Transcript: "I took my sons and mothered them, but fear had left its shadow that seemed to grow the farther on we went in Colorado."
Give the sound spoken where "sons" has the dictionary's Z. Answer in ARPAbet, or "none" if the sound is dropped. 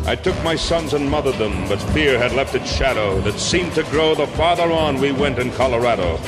Z